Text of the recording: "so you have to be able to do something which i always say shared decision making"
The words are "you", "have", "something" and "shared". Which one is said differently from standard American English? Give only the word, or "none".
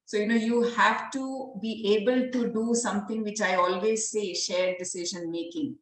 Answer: something